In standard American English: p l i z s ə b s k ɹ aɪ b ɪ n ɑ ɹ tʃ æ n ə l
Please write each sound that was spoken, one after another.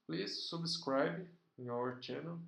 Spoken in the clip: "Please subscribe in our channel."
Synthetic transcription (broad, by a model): p l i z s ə b s k ɹ aɪ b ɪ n ɑ ɹ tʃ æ n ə l